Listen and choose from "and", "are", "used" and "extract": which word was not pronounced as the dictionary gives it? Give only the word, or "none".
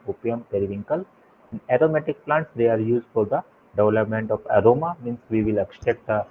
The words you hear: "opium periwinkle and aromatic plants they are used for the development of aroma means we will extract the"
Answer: extract